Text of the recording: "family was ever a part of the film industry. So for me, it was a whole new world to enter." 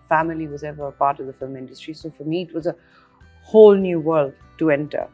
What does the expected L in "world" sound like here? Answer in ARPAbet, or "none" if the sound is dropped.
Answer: L